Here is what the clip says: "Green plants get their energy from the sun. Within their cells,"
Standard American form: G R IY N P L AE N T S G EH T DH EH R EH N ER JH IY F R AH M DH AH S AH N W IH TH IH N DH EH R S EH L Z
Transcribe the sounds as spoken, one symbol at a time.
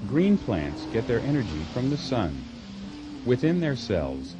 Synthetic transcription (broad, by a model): G R IY N P L AE N T S G EH T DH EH R EH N ER JH IY F R AH M DH AH S AH N W IH TH IH N DH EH R S EH L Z